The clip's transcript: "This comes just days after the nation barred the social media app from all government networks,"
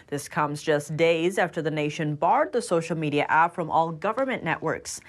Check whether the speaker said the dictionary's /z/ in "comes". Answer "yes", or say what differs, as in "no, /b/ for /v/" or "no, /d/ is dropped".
yes